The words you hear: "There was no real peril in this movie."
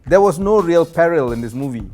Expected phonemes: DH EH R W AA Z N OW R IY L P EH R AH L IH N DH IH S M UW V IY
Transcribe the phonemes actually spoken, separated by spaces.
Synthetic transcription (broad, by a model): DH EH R W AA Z N OW R IY L P EH R AH L IH N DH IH S M UW V IY